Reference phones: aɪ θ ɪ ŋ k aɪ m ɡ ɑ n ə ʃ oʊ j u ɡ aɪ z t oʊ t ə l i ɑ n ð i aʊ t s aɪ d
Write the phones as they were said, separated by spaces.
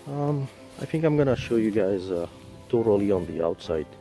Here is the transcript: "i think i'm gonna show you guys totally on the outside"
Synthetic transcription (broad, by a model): aɪ θ ɪ ŋ k aɪ m ɡ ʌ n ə ʃ oʊ j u ɡ aɪ z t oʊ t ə l i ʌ n ð i aʊ t s aɪ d